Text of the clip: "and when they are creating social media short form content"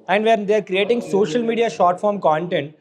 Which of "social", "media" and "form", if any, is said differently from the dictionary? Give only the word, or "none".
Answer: none